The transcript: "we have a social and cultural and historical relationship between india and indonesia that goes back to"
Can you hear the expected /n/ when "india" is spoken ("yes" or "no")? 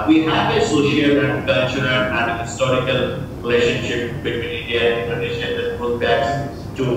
no